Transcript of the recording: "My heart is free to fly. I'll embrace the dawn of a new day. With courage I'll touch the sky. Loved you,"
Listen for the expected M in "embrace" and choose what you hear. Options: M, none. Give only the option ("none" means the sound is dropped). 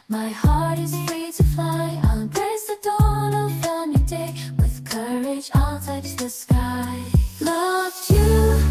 none